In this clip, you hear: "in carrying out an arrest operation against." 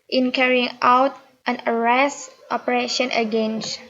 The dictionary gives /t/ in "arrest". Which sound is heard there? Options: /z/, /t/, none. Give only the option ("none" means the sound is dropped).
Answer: /t/